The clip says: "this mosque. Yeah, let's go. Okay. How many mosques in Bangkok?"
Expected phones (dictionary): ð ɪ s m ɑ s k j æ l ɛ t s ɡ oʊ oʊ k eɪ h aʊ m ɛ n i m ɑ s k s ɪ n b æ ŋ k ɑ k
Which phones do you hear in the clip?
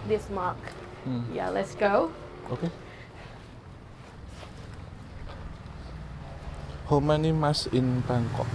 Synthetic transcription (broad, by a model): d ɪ s m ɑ k j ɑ l ɛ t s ɡ oʊ oʊ k eɪ h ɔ m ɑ n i m ɑ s s ɪ n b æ ŋ k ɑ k